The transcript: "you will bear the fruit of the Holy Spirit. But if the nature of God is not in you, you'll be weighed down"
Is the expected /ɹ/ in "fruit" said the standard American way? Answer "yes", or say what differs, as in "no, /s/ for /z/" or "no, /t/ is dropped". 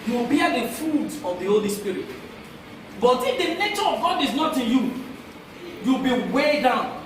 no, /ɹ/ is dropped